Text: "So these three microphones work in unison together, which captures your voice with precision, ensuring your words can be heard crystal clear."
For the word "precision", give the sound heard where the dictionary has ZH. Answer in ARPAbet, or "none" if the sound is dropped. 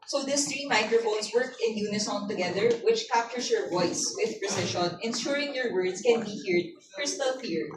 SH